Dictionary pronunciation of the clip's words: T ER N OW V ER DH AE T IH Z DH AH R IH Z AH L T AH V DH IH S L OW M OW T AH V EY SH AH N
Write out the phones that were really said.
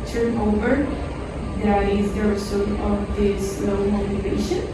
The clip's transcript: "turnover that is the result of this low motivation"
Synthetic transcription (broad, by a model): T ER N OW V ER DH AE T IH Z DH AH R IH S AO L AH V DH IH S L OW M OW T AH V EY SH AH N